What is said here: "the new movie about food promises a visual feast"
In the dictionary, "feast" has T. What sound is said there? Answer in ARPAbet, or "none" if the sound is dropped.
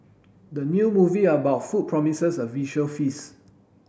none